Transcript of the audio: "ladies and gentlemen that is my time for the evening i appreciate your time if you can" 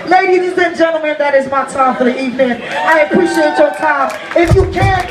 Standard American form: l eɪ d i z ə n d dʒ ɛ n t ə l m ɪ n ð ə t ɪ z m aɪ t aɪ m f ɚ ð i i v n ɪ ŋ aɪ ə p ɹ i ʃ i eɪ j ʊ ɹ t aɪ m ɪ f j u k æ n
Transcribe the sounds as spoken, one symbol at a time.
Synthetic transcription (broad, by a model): l eɪ d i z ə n dʒ ɛ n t l m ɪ n ð ə t ɪ z m aɪ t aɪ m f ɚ ð i i v n ɪ ŋ aɪ ə p ɹ i ʃ i eɪ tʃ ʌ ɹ t aɪ m ɪ f j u k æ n